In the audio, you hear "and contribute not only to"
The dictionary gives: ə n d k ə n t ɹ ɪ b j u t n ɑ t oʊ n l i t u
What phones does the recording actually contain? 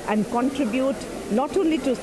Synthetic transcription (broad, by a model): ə n d k ə n t ɹ ɪ b j u t l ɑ t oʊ l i t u